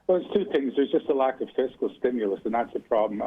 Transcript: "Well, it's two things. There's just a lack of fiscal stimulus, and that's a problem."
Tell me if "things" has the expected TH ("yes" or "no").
yes